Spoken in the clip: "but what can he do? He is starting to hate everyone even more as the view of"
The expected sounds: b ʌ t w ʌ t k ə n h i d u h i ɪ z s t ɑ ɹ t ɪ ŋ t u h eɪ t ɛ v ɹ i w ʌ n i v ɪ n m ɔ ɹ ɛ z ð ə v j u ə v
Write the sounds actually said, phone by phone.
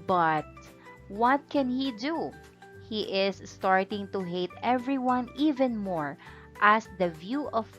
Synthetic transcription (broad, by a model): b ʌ t w ʌ t k ə n h i d u h i ɪ s t ɑ ɹ t ɪ ŋ t u h eɪ t ɛ v ɹ i w ʌ n i v ɪ n m ɔ ɹ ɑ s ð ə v j u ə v